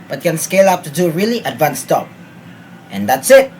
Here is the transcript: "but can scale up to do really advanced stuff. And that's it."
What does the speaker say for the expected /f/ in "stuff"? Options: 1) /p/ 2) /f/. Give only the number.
1